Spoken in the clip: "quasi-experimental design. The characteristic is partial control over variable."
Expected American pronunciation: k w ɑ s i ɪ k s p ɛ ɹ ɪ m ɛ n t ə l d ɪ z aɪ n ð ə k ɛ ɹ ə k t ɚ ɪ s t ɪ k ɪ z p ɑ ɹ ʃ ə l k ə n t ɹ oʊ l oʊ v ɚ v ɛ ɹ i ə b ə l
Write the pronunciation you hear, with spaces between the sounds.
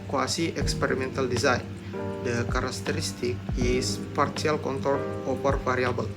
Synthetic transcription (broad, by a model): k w ɑ s i ɪ k s p ɛ ɹ ɪ m ɛ n t ə l d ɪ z aɪ n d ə k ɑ ɹ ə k t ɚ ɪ s t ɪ k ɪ s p ɑ ɹ s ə l k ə n t oʊ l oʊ p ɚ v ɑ ɹ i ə b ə l